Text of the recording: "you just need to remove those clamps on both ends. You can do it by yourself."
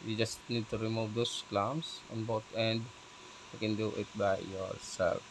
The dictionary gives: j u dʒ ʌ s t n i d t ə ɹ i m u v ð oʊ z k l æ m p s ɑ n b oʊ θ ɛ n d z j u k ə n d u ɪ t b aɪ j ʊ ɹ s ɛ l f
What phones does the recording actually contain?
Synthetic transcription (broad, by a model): j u dʒ ʌ s t n i d t ə ɹ i m u v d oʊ s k l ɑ m s ɑ n b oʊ t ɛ n d j u k ə n d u ɪ t b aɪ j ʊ ɹ s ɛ l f